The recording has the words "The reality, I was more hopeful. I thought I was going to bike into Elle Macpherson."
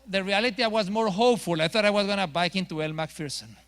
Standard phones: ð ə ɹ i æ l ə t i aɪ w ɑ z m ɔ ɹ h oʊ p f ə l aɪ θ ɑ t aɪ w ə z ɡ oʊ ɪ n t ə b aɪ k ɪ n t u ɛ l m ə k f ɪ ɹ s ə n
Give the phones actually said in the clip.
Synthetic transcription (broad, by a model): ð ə ɹ i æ l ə t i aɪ w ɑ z m ɔ ɹ h oʊ p f ə l aɪ θ ɑ t aɪ w ə z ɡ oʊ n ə b aɪ k ɪ n t u ɛ l m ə k f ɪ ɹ s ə n